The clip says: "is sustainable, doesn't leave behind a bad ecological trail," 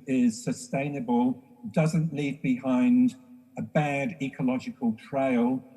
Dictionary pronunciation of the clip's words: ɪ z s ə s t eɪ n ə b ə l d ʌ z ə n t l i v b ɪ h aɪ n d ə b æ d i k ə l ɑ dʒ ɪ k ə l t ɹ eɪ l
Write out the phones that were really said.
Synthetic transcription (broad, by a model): ɪ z s ə s t eɪ n ə b ə l d ʌ z ə n t l i v b ɪ h aɪ n d ə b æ d i k ə l ɑ dʒ ɪ k ə l t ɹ eɪ l